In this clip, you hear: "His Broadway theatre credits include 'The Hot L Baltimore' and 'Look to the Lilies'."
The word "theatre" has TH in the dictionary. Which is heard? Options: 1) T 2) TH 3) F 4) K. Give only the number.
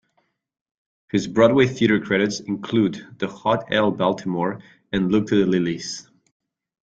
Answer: 2